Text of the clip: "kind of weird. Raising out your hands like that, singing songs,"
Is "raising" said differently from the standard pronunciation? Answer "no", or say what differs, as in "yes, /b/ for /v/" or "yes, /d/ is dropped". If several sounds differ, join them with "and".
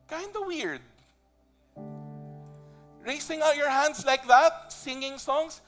yes, /s/ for /z/